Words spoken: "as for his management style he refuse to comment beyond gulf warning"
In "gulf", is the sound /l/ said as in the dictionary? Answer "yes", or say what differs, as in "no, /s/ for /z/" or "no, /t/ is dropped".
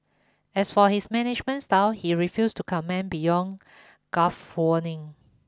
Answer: no, /l/ is dropped